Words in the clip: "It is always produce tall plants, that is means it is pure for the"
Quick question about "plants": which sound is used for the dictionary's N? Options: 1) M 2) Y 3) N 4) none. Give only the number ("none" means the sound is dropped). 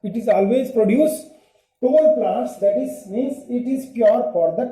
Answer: 4